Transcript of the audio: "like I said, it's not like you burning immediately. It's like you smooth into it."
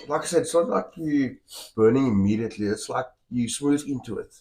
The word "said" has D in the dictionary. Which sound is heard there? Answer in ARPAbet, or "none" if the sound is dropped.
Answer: none